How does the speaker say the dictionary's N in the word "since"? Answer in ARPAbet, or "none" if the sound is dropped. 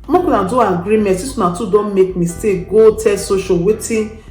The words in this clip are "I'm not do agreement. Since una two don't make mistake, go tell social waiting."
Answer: none